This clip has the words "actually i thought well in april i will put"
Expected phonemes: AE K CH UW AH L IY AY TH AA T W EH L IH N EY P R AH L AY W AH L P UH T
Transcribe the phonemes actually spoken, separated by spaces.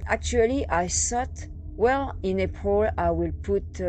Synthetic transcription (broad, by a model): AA K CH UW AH L IY AY S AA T W EH L IH N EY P AH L AY W AH L P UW T